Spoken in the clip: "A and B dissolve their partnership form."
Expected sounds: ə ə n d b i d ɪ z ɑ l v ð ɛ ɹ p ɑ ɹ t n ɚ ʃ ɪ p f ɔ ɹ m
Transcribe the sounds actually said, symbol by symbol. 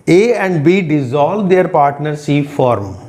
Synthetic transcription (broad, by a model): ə ə n d b i d ɪ z ɑ l v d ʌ ɹ p ɑ ɹ t n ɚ s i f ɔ ɹ m